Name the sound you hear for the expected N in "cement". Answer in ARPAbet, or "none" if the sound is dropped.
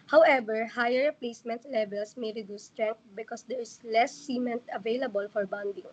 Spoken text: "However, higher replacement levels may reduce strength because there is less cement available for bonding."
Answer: N